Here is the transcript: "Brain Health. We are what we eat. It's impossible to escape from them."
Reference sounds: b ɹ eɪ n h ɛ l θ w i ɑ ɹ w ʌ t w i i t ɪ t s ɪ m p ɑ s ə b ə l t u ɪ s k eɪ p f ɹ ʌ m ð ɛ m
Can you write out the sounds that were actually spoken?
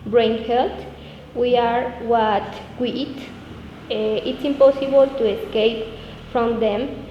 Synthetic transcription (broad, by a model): b ɹ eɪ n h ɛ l t w i ɑ ɹ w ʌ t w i i t ɪ t s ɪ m p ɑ s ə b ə l t u ɪ s k eɪ p f ɹ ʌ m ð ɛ m